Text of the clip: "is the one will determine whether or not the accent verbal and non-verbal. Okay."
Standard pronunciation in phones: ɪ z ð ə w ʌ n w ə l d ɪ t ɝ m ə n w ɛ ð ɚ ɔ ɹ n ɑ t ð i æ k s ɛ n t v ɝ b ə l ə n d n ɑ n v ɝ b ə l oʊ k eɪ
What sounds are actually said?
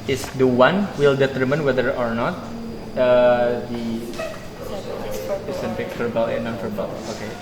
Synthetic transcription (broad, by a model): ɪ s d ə w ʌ n w ə l d ɪ t ɝ m ə n w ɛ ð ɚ ɔ ɹ n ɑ t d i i s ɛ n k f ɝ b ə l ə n n ɑ n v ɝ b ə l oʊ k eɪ